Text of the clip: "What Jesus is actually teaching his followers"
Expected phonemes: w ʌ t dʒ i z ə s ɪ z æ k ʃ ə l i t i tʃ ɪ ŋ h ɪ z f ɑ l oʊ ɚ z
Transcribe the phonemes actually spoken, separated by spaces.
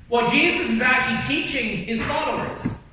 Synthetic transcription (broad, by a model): w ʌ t dʒ i z ə s ɪ z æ k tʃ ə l i t i tʃ ɪ ŋ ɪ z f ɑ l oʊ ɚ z